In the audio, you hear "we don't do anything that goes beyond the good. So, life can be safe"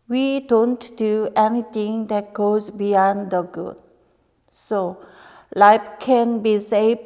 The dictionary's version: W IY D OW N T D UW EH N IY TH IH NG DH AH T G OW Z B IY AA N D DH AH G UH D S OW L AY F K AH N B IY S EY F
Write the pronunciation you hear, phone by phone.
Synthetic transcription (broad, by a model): W IY D OW N T D UW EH N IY T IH NG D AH T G OW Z B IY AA N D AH G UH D S OW L AY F K AH N B IY S EY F